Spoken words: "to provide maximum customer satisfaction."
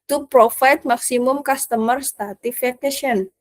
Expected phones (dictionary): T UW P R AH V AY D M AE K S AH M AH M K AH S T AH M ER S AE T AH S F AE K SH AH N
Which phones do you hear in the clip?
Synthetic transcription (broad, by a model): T UW P R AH F AY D M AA K S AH M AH M K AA S T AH M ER S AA T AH F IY K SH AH N